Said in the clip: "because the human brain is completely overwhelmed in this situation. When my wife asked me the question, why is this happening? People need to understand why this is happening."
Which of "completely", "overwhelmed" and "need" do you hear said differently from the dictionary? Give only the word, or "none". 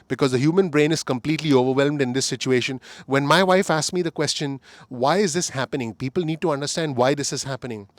none